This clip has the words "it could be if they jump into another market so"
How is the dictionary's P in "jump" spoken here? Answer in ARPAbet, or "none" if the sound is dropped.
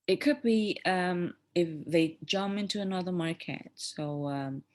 none